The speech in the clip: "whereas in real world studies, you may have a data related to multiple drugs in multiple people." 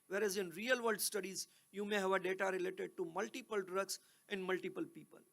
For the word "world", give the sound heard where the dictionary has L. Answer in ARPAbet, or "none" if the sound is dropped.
none